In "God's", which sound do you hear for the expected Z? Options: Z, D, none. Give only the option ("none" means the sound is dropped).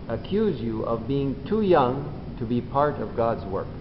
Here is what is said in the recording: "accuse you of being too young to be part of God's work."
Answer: Z